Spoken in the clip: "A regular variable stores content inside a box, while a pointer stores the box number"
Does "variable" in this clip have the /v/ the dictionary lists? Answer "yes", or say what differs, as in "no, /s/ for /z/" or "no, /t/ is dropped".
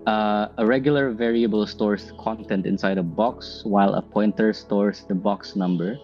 yes